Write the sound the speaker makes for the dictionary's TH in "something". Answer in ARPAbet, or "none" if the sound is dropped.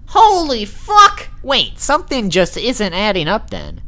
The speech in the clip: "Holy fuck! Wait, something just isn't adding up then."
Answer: TH